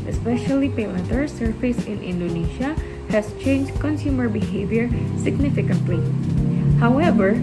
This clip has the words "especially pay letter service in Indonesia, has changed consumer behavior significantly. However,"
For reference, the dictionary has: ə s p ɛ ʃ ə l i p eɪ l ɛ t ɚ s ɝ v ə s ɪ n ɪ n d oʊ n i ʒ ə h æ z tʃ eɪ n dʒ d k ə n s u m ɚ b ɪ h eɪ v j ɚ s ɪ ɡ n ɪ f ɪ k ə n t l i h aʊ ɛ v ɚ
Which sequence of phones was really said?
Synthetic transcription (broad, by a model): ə s p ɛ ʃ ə l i p eɪ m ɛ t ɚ s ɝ f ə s ɪ n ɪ n d oʊ n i ʃ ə h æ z tʃ eɪ n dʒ k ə n s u m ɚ b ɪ h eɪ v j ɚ s ɪ ɡ n ɪ f ɪ k ə n t l i h aʊ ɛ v ɚ